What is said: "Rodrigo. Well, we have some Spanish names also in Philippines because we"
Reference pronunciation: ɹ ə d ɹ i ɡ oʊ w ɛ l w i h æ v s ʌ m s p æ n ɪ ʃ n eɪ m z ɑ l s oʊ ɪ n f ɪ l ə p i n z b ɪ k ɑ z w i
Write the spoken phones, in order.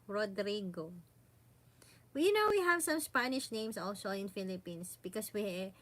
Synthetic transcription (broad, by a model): ɹ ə d ɹ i ɡ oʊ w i n w i h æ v s ʌ m s p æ n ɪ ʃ n eɪ m s ɑ l s oʊ ɪ n f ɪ l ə p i n s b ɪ k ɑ s w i